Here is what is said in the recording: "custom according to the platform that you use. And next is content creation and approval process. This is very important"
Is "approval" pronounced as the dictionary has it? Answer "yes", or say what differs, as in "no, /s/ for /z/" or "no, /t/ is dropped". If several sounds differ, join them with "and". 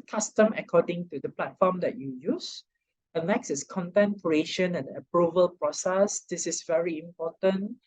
yes